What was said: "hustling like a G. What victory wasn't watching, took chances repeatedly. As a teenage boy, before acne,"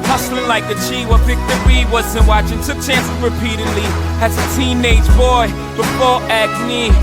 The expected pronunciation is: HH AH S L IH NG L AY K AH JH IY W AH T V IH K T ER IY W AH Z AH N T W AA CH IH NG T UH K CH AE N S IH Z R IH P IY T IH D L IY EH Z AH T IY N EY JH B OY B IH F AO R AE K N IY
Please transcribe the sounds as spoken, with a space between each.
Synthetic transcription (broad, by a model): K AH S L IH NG L AY K AH CH IY W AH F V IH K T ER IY W AH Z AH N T W AA CH IH NG T UH K CH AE N S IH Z R IH P IY T IH D L IY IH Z AH T IY N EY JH B OY B IH F AO R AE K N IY